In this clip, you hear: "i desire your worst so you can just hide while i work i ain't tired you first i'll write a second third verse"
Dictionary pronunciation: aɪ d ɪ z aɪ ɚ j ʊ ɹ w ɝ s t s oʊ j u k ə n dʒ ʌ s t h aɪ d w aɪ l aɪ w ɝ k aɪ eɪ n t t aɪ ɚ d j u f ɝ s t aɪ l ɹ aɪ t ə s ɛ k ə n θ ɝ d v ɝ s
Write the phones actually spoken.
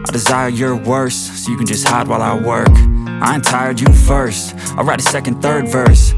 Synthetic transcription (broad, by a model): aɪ d ɪ z aɪ ɚ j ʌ ɹ w ɝ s s oʊ j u k ə n dʒ ʌ s t h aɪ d w aɪ l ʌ w ɝ k aɪ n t t aɪ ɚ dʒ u f ɝ s t aɪ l ɹ aɪ t ə s ɛ k ə n θ ɝ d v ɝ s